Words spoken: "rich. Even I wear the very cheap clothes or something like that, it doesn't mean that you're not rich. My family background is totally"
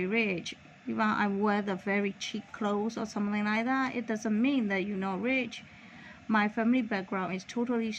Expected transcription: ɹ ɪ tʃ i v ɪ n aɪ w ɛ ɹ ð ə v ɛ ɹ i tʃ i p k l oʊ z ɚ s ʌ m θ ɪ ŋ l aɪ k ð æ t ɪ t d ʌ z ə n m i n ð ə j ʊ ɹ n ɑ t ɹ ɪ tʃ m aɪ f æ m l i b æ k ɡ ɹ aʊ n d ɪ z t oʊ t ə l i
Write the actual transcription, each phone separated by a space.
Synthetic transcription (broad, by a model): ɹ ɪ tʃ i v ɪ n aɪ w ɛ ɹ ð ə v ɛ ɹ i tʃ i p k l oʊ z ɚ s ʌ m θ ɪ ŋ l aɪ k ð æ t ɪ t d ʌ z ə n m i n ð ə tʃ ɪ n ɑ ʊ ɹ ɪ tʃ m aɪ f æ m l i b æ k ɡ ɹ aʊ n d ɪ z t oʊ t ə l i